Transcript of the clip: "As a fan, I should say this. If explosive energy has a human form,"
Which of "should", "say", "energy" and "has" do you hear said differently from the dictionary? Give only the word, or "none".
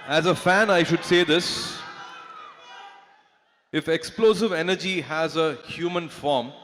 none